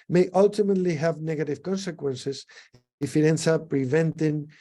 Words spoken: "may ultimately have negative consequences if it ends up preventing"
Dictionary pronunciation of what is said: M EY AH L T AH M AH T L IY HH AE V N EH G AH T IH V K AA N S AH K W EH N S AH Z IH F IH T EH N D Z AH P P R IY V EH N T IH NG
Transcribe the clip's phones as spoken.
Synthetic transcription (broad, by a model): M EY AH L T AH M AH T L IY HH AE V N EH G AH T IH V K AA N S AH K W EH N S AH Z IH F IH T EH N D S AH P P R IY V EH N T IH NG